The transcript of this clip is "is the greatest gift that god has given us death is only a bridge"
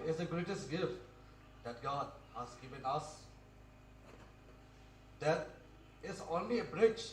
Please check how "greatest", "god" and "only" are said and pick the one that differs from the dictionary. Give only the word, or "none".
none